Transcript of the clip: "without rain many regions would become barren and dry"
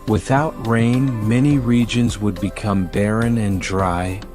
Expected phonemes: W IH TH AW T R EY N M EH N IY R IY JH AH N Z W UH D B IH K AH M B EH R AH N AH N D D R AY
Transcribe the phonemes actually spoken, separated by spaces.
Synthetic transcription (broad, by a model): W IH TH AW T R EY N M EH N IY R IY JH AH N Z W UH D B IH K AH M B EH R AH N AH N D D R AY